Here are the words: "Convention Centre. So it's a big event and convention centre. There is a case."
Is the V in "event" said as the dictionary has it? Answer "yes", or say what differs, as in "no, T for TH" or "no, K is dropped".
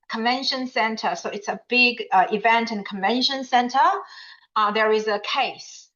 yes